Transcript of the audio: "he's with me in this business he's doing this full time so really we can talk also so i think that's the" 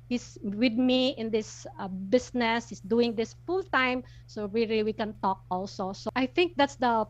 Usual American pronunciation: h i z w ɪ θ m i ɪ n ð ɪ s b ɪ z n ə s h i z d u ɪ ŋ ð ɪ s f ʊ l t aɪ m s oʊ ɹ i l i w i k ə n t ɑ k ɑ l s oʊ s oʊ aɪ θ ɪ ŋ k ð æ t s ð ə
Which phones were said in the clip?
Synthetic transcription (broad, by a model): h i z w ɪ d m i ɪ n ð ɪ s b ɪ s n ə s h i s d u ɪ ŋ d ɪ s f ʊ l t aɪ m s oʊ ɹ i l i w i k ə n t ɑ k ɑ l s oʊ s oʊ aɪ θ ɪ ŋ k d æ t s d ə